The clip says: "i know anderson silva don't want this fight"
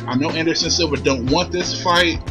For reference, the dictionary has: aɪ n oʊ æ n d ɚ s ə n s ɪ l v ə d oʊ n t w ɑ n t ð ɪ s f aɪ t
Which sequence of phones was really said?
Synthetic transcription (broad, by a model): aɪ n oʊ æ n d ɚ s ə n s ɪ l b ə d oʊ n t w ɑ n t ð ɪ s f aɪ t